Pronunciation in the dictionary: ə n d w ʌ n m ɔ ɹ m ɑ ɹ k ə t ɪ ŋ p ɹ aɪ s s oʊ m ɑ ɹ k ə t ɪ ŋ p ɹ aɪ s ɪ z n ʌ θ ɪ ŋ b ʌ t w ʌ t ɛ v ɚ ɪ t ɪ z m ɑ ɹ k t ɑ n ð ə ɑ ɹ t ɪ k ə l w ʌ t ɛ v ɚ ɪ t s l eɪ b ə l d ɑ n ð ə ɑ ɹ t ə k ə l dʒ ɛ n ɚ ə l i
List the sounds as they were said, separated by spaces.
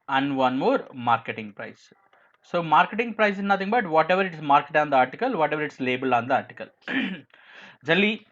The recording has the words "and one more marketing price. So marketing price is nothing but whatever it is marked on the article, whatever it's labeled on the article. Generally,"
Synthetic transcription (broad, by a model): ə n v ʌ n m ɔ ɹ m ɑ ɹ k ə t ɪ ŋ p ɹ aɪ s s oʊ m ɑ ɹ k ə t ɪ ŋ p ɹ aɪ s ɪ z n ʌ t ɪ ŋ b ʌ t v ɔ t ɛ v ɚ ɪ t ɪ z m ɑ ɹ k t ɑ n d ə ɑ ɹ t ɪ k ə l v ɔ t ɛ v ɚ ɪ t s l eɪ b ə l ɑ n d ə ɑ ɹ t ə k ə l dʒ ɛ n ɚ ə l i